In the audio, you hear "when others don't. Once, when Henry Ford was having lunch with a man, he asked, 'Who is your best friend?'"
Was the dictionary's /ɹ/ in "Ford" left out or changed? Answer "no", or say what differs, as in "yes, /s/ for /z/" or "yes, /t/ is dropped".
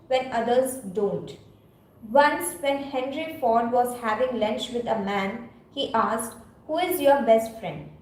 no